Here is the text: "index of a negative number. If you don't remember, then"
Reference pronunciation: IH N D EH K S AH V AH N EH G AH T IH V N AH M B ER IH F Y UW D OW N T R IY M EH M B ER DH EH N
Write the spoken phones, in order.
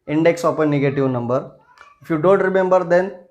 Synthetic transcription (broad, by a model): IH N D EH K S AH P AH N EH G AH T IH V N AH M B ER IH F Y UW D OW N T R IY M EH M B ER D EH N